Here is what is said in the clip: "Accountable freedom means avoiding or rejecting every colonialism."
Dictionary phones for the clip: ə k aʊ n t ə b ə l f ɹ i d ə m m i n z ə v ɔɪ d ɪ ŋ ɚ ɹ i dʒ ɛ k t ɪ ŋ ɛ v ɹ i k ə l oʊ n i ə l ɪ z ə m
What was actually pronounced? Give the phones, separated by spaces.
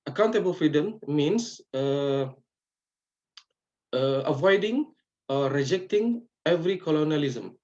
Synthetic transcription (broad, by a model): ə k aʊ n t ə b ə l f ɹ i d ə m m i n s ə v ɔɪ d ɪ ŋ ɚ ɹ i dʒ ɛ k t ɪ ŋ ɛ v ɹ i k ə l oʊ n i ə l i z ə m